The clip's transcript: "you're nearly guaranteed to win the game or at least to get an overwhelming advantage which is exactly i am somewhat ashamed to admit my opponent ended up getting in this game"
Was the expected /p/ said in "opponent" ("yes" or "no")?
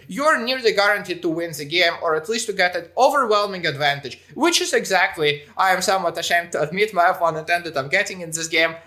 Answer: no